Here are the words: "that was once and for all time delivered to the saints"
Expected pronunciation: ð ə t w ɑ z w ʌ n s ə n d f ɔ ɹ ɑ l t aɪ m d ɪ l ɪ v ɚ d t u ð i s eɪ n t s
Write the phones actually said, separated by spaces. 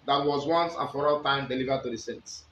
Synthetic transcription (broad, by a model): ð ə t w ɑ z w ʌ n s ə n f ɔ ɹ ɑ l t aɪ m d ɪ l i v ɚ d t u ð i s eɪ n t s